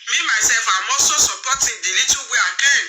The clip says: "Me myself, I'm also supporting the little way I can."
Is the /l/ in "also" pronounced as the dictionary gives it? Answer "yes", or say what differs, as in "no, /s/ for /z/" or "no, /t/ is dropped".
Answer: no, /l/ is dropped